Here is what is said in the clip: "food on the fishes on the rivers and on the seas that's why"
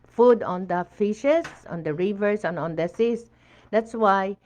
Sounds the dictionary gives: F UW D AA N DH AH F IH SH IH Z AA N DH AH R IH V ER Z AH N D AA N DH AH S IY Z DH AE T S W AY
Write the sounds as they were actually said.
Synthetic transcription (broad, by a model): F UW D AA N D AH F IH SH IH S AA N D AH R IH V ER S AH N AA N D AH S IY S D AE T S W AY